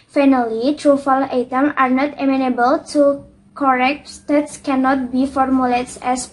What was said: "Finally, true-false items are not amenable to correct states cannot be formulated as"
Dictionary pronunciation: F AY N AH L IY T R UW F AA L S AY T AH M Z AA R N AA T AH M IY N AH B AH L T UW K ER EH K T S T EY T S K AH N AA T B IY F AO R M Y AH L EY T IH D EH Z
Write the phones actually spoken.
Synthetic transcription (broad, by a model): F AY N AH L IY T R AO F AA L AY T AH M AA R N AA T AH M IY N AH B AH L T UW K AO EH K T S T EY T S K AH N AA T B IY F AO R M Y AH L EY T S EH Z